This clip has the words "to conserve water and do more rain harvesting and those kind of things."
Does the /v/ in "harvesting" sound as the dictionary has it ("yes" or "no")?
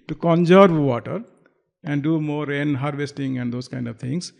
yes